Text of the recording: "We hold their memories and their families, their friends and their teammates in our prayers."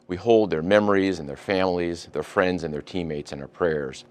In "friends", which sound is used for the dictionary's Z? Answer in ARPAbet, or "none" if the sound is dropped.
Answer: Z